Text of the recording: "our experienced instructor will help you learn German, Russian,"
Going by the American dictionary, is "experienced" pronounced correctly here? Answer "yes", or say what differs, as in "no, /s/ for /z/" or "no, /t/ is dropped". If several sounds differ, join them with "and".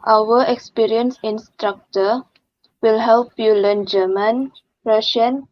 no, /t/ is dropped